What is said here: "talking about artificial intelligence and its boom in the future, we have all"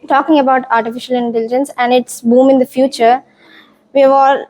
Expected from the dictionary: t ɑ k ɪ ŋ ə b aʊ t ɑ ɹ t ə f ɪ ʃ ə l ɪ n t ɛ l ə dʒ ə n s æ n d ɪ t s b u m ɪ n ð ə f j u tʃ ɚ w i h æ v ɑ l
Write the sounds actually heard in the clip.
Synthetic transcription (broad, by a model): t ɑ k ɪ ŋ ə b aʊ t ɑ ɹ t ə f ɪ ʃ ə l ɪ n t ɛ l ə dʒ ə n s æ n d ɪ t s b u m ɪ n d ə f j u tʃ ɚ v i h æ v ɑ l